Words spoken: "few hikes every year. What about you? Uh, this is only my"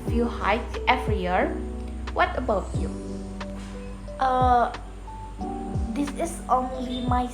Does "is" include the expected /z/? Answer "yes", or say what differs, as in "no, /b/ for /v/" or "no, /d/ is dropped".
no, /s/ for /z/